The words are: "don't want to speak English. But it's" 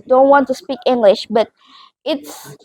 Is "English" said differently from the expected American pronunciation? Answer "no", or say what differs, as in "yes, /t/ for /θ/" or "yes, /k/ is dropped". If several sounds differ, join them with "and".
no